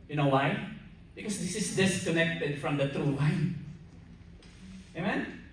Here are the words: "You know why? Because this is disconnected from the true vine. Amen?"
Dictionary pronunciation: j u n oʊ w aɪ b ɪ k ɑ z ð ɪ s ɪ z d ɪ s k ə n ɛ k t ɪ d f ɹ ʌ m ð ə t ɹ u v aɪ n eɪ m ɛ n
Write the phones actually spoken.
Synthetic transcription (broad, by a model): j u n oʊ w aɪ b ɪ k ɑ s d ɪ s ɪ s d ɪ s k ə n ɛ k t ɪ d f ɹ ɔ m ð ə t ɹ u w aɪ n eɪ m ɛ n